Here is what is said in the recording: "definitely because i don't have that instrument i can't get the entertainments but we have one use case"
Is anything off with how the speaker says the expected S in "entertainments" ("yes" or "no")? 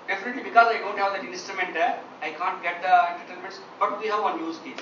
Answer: no